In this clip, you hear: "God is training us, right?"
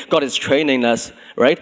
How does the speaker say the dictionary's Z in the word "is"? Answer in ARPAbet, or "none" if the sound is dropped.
S